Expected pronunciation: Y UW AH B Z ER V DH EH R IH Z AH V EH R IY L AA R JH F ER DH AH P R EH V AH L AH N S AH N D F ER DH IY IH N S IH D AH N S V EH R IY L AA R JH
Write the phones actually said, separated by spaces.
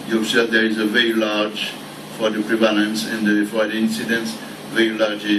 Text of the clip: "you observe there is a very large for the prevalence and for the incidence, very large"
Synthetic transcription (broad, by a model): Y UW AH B S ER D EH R IH Z AH V EH R IY L AA R JH F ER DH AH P R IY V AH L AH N S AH N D F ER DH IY IH N S IH D AH N S V EH R IY L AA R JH